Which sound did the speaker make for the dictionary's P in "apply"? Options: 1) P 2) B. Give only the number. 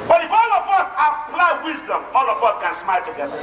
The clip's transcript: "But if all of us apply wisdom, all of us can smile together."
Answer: 2